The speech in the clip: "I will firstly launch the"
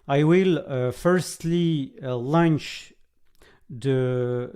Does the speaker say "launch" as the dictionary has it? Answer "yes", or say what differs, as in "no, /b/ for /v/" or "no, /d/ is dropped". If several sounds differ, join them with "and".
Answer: yes